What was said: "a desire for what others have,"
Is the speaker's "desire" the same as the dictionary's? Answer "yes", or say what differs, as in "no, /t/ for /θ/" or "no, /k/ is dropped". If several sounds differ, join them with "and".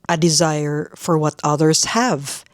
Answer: yes